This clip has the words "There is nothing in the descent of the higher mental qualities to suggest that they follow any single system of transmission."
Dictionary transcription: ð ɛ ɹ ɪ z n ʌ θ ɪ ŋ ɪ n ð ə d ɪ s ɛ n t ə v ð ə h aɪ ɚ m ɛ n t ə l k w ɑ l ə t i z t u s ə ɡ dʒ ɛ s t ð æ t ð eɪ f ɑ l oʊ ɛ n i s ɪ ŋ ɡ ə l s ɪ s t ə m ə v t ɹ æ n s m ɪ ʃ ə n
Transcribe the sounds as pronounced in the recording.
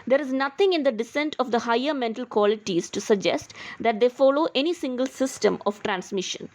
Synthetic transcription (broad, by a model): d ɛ ɹ ɪ z n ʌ t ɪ ŋ ɪ n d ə d ɪ s ɛ n t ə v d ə h aɪ ɚ m ɛ n t ə l k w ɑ l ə t i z t u s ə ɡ dʒ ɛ s t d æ t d eɪ f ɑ l oʊ ɛ n i s ɪ ŋ ɡ ə l s ɪ s t ə m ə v t ɹ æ n s m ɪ ʃ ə n